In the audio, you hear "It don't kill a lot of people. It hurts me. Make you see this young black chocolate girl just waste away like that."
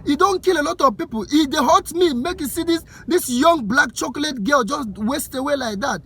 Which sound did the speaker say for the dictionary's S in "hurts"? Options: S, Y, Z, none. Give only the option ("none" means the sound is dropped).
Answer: none